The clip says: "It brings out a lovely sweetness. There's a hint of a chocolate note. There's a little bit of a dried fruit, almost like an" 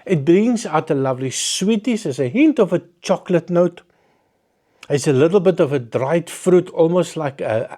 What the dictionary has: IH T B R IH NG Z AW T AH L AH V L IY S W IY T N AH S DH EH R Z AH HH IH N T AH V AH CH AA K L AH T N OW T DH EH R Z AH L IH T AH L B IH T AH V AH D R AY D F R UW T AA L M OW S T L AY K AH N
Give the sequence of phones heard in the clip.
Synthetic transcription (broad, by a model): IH T B R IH NG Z AW T AH L AH V L IY S W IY T AH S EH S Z AH HH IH N T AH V AH CH AA K L AH T N OW T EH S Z AH L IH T L B IH T AH V AH D R AY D F R UW T AA L M OW S T L AY K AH